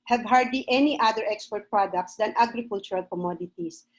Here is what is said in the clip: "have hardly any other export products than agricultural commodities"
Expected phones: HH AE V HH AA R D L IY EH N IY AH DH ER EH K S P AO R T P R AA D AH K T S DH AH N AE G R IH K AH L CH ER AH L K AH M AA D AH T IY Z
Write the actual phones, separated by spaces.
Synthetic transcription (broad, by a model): HH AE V HH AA R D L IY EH N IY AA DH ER EH K S P AO R T P R AA D AH K T S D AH N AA G R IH K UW L CH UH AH L K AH M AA D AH T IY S